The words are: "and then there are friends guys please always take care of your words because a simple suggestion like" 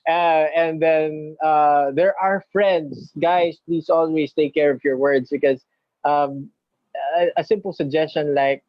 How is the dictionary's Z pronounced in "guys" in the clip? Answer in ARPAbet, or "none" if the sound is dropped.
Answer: S